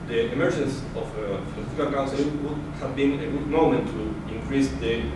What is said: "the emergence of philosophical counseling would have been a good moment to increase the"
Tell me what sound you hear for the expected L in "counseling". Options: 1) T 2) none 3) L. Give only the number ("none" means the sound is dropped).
2